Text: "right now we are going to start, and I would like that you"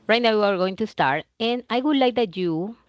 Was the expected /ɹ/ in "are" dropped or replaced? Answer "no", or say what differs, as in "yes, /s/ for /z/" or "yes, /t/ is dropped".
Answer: no